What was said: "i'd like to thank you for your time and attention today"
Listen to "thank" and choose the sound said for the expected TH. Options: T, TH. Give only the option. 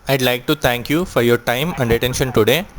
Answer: T